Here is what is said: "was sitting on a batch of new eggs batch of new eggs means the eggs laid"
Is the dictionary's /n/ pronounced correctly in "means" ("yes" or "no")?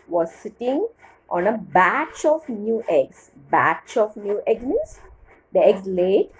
no